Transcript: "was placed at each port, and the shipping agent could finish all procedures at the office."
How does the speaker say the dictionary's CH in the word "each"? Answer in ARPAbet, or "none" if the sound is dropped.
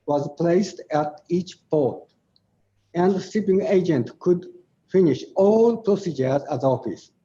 CH